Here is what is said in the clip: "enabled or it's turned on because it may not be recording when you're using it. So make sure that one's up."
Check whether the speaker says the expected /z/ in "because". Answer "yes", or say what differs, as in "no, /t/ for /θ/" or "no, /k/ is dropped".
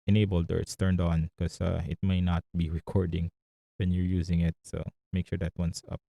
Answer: no, /z/ is dropped